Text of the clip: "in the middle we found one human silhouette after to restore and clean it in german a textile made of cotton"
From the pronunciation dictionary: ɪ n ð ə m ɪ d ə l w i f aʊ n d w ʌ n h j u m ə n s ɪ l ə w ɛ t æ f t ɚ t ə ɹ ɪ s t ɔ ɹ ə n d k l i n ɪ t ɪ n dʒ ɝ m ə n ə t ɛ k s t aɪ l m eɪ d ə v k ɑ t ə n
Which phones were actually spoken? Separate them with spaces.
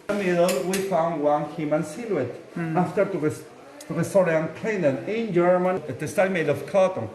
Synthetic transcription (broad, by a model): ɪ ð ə m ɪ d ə l w i f aʊ n d w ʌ n h j u m ə n s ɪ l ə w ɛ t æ f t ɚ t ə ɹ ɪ s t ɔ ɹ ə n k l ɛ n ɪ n ɪ n dʒ ɝ m ə n ə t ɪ s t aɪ m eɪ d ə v k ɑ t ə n